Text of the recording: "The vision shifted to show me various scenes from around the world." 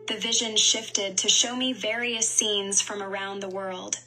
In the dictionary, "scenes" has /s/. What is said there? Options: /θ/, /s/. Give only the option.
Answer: /s/